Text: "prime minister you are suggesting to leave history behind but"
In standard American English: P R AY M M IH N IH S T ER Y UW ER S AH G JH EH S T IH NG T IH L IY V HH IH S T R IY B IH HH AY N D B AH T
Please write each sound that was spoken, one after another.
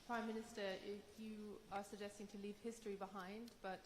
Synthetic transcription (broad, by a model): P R AY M M IH N IH S T ER Y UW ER S AH G JH EH S T IH NG T IH L IY V HH IH S T R IY B IH HH AY N D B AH T